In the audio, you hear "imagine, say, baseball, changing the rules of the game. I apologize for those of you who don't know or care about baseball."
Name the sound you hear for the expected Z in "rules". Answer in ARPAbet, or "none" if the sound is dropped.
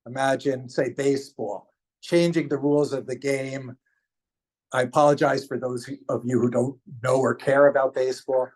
Z